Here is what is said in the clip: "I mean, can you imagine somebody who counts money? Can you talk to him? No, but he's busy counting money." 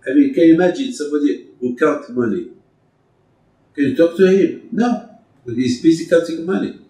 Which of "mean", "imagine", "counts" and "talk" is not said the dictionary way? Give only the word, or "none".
counts